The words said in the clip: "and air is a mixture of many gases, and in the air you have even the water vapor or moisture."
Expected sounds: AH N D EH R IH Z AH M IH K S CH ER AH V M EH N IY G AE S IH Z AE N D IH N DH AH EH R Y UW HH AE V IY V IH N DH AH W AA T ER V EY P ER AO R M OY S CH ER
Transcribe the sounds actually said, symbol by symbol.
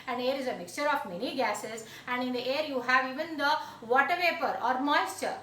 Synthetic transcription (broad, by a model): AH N D EH R IH Z AH M IH K S CH ER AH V M EH N IY G AE S IH Z AE N D IH N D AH EH R Y UW HH AE V IY V IH N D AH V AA T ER V EY P ER AO R M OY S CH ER